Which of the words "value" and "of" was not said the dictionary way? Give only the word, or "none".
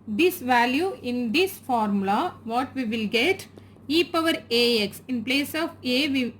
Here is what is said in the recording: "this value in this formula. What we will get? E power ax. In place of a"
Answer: none